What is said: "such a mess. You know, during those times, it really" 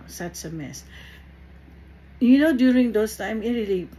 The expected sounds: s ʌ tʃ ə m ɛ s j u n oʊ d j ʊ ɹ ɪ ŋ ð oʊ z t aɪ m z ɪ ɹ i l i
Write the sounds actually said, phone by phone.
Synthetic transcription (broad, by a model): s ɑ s ə m ɛ s j u n oʊ d j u ɹ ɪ ŋ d oʊ s t aɪ m ɪ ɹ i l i